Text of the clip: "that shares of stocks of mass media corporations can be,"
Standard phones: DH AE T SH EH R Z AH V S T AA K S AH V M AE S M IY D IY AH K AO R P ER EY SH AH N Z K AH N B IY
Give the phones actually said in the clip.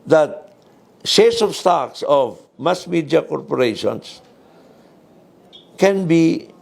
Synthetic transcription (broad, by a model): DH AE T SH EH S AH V S T AA K S AH V M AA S M IY D IY AH K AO R P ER EY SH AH N S K AH N B IY